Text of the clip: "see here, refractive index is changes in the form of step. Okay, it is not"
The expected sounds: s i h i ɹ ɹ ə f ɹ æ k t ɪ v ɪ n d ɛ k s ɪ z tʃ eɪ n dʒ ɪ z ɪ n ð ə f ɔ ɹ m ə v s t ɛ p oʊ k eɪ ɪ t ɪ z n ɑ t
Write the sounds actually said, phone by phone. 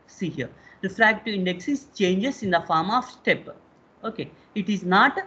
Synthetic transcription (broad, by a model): s i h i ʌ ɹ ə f ɹ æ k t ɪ ɪ n d ɛ k s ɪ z tʃ eɪ n dʒ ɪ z ɪ n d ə f ɔ ɹ m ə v s t ɛ p oʊ k eɪ ɪ t ɪ z n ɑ t